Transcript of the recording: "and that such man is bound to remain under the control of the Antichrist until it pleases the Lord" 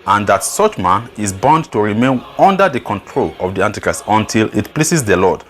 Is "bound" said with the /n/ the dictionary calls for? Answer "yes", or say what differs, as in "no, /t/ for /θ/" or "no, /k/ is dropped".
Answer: yes